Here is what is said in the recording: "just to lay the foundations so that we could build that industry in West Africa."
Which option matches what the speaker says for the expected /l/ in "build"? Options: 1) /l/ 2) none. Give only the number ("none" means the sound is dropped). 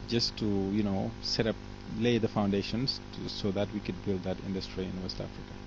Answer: 1